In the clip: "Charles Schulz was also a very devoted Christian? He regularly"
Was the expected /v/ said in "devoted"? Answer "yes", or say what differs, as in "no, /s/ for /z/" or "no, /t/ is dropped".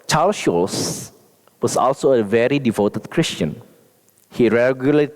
yes